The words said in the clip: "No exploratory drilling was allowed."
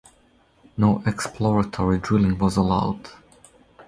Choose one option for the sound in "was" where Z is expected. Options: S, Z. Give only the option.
Z